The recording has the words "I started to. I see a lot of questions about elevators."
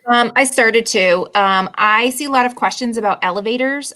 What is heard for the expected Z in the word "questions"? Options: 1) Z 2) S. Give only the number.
1